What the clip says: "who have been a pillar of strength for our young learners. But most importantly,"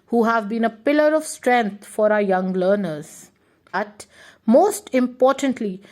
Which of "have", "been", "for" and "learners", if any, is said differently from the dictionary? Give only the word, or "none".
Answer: none